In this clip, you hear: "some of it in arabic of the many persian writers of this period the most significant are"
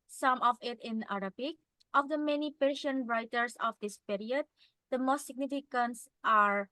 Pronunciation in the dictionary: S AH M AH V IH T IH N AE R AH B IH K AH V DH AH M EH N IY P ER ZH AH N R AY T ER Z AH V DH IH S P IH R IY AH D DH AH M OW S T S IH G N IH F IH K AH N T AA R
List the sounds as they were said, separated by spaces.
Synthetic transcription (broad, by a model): S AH M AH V IH T IH N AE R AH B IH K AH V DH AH M EH N IY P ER SH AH N R AY T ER S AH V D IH S P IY R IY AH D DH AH M OW S T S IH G N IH F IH K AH N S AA R